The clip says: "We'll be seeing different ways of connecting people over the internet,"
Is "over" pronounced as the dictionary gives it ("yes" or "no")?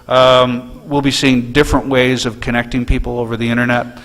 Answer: yes